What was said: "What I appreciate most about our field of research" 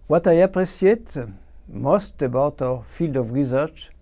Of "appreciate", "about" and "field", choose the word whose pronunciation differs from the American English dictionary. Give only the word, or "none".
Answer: appreciate